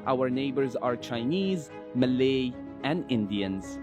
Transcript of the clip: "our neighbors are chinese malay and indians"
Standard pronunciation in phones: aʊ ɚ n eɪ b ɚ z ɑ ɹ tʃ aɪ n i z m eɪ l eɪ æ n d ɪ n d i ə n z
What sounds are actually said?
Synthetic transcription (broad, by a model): aʊ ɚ n eɪ b ɚ z ɑ ɹ tʃ aɪ n i z m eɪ l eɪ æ n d ɪ n d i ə n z